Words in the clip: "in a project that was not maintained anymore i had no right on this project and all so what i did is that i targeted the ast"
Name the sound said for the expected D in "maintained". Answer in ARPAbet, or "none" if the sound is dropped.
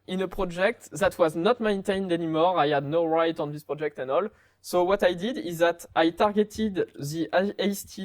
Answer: D